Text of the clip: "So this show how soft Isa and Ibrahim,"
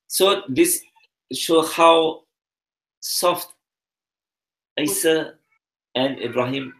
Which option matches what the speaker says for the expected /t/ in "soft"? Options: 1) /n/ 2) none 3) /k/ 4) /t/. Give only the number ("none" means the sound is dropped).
4